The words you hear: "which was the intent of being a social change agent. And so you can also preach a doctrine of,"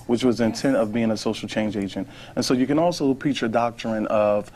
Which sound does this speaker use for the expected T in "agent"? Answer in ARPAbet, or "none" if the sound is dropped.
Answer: T